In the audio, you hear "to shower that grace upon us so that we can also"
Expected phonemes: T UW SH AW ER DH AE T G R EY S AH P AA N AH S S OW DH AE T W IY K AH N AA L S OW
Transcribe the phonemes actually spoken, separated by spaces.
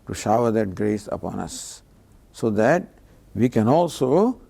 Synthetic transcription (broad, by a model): T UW SH AW ER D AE T G R EY S AH P AA N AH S S OW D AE T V IY K AH N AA L S OW